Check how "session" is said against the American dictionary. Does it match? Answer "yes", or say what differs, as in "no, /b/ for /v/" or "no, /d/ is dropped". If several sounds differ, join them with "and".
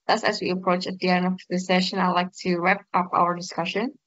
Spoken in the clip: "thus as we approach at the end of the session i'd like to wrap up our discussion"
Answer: yes